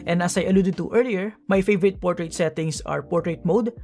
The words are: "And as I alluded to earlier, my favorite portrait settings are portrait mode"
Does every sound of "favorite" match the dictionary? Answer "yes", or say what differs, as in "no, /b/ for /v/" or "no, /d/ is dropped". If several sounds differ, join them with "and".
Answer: yes